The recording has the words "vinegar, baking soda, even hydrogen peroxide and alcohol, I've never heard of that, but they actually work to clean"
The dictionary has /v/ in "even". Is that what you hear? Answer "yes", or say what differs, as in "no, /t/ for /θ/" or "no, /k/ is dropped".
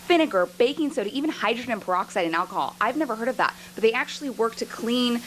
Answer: yes